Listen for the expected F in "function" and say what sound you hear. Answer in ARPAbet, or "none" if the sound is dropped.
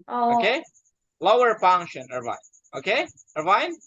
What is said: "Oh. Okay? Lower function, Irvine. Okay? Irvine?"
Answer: P